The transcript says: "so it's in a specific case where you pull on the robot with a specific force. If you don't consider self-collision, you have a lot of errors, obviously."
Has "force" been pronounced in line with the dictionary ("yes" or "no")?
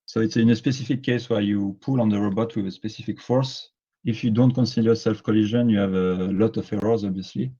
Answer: yes